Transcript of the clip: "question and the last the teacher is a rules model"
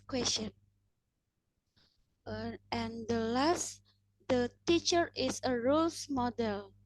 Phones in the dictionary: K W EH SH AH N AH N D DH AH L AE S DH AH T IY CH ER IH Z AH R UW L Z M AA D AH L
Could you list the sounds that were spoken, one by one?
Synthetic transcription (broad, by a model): K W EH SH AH N AH N D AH L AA S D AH T IY CH ER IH S AH R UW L S M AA D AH L